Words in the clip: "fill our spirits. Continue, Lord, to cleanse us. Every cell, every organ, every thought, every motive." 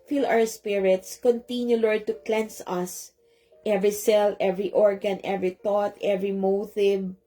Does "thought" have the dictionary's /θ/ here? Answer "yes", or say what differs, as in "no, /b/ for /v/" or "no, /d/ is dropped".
no, /t/ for /θ/